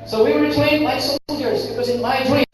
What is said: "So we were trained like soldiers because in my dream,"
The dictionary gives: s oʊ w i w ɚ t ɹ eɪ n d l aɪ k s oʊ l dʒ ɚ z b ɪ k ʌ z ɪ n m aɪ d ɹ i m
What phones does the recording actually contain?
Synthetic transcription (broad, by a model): s oʊ w i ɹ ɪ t eɪ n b aɪ s oʊ l dʒ ɚ z b ɪ k ʌ z ɪ n m aɪ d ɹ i